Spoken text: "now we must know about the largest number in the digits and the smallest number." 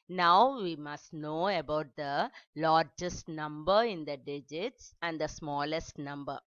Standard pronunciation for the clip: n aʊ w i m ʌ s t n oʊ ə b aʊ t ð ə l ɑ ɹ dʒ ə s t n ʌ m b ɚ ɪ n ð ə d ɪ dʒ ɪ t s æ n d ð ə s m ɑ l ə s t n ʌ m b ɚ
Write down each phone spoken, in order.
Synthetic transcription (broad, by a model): n aʊ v i m ʌ s t n oʊ ə b aʊ t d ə l ɑ ɹ dʒ ə s t n ʌ m b ɚ ɪ n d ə d ɪ dʒ ɪ t s æ n d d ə s m ɑ l ə s t n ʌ m b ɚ